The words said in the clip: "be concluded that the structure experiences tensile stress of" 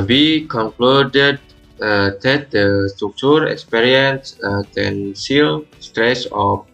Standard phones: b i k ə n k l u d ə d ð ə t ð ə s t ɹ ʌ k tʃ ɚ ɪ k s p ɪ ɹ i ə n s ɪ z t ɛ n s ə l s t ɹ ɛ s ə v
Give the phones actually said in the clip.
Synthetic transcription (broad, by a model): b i k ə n k l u d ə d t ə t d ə s t ɹ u k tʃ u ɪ k s p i ɹ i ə n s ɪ t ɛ n s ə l s t ɹ ɛ s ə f